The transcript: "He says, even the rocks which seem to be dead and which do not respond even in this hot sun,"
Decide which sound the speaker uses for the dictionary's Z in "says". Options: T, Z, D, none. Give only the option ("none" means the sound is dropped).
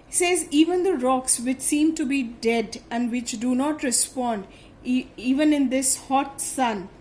Z